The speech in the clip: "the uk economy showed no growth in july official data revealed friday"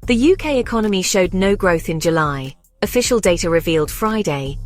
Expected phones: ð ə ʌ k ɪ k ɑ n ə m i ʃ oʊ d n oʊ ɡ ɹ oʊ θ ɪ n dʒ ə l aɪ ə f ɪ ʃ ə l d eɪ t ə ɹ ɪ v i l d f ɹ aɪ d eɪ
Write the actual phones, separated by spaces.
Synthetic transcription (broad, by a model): ð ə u k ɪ k ɑ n ə m i ʃ oʊ d n oʊ ɡ ɹ oʊ θ ɪ n dʒ ə l aɪ ə f ɪ ʃ ə l d eɪ t ə ɹ ɪ v i l d f ɹ aɪ d eɪ